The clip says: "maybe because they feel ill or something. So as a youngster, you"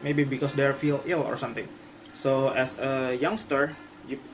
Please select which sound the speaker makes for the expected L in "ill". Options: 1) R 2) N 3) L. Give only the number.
3